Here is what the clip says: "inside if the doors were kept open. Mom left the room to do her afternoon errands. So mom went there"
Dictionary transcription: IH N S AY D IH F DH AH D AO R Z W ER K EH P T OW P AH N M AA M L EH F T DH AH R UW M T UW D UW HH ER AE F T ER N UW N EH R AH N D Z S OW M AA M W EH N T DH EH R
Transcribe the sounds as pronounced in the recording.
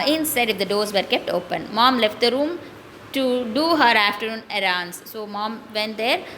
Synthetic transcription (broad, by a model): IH N S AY D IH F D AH D AO R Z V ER K EH P T OW P AH N M AA M L EH F T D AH R UW M T UW D UW HH ER AE F T ER N UW N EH R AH N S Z S OW M AA M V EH N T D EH R